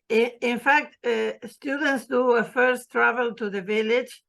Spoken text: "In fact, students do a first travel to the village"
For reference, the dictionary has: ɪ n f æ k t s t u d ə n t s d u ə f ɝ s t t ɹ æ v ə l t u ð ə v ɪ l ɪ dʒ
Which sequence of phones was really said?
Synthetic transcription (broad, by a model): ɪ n f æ k t s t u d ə n t s d u ə f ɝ s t t ɹ æ v ə l t u ð ə v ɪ l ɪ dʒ